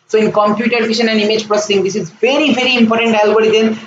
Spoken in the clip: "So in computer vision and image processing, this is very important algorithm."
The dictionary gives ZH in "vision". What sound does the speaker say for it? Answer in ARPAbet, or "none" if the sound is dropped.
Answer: SH